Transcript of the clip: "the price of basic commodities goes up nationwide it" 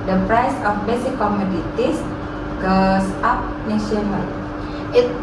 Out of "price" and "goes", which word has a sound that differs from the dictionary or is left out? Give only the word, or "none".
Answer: goes